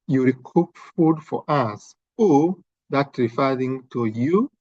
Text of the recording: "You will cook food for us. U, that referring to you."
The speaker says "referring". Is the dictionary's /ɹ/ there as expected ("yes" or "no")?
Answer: yes